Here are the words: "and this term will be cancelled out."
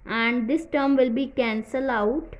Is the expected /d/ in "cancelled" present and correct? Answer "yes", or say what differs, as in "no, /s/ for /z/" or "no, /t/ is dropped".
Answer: no, /d/ is dropped